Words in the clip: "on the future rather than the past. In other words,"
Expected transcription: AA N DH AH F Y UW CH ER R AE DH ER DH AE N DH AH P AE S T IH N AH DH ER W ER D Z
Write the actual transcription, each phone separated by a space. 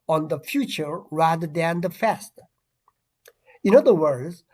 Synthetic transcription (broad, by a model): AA N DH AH F Y UW CH ER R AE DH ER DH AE N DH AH F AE S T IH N AH DH ER W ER D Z